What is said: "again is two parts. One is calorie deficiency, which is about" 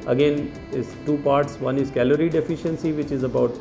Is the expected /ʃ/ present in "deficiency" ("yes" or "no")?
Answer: yes